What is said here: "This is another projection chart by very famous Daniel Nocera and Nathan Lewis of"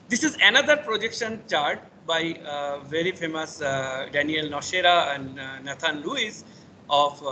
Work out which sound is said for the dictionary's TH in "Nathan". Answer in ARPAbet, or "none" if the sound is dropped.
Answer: T